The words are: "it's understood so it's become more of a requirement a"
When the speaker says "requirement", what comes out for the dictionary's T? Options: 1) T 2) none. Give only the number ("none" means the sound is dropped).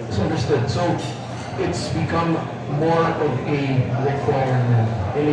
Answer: 2